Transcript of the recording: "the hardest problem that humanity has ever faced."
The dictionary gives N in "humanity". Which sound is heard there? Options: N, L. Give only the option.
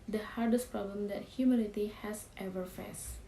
L